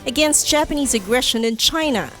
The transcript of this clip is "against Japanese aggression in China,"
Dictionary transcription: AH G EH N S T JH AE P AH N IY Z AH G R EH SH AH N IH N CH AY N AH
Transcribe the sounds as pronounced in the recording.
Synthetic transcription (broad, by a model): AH G EH N S T JH AE P AH N IY Z AH G R EH SH AH N IH N CH AY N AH